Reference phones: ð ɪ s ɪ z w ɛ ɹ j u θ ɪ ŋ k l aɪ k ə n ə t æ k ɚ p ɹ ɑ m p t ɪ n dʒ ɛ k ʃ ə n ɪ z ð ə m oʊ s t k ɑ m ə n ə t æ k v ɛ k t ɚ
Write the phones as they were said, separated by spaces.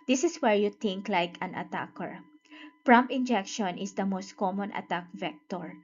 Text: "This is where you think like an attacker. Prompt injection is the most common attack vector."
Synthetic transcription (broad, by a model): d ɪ s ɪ s w ɛ ɹ j u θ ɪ ŋ k l aɪ k ə n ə t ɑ k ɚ p ɹ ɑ m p ɪ n dʒ ɛ k ʃ ə n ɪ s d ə m oʊ s t k ɑ m ə n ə t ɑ k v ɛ k t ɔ